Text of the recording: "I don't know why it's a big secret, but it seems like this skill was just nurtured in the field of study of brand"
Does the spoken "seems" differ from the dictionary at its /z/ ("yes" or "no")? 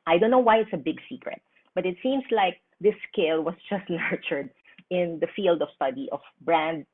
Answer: yes